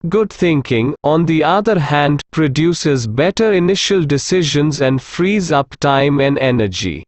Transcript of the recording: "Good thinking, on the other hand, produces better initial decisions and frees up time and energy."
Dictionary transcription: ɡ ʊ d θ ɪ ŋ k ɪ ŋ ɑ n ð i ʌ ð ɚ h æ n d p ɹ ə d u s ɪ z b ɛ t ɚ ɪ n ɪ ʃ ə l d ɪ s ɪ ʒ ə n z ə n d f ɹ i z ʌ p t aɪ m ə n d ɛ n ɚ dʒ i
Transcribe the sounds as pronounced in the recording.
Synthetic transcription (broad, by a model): ɡ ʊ d t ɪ ŋ k ɪ ŋ ɑ n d i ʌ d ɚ h æ n d p ɹ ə d u s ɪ z b ɛ t ɚ ɪ n ɪ ʃ ə l d ɪ s ɪ ʒ ə n z ə n d f ɹ i z ʌ p t aɪ m ə n d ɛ n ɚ dʒ i